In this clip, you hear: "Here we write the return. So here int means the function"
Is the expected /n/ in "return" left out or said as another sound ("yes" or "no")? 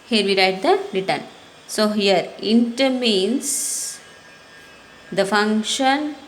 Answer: no